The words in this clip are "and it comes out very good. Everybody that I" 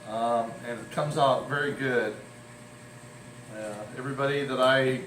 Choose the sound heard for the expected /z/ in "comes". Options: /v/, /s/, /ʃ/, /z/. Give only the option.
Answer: /z/